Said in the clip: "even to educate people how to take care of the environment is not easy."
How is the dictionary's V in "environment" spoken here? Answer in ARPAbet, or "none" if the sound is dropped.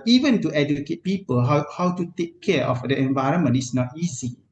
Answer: V